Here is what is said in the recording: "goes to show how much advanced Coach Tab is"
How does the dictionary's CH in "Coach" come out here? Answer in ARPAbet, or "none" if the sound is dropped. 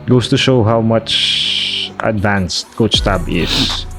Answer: S